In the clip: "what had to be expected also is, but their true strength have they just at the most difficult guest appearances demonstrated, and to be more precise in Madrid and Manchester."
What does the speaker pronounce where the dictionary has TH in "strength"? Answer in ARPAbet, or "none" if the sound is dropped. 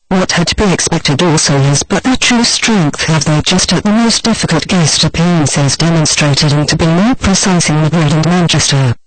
TH